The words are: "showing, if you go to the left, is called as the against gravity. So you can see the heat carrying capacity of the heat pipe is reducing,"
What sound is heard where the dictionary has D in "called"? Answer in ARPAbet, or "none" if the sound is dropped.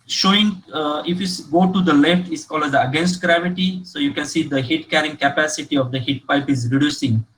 none